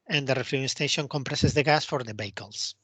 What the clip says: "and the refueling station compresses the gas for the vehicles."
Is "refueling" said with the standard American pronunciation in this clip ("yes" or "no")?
no